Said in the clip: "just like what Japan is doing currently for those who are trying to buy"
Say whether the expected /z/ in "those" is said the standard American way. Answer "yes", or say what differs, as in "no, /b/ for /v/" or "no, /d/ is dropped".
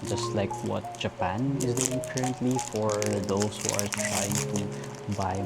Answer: no, /s/ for /z/